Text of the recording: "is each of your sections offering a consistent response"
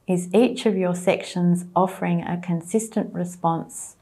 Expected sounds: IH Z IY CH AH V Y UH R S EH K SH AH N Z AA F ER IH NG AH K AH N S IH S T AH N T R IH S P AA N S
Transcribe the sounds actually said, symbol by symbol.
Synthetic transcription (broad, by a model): IH Z IY CH AH V Y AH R S EH K SH AH N Z AA F ER IH NG AH K AH N S IH S T AH N T R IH S P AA N S